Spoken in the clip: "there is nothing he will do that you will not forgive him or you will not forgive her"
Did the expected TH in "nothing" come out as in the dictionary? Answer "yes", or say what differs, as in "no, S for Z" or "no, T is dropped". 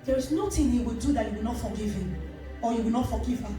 no, T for TH